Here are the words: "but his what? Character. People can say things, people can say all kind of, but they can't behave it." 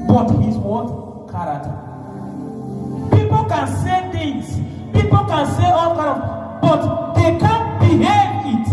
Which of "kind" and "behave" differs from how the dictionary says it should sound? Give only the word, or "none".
kind